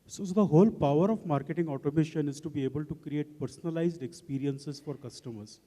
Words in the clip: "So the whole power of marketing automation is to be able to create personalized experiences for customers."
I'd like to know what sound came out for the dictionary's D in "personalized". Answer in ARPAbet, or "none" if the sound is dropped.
D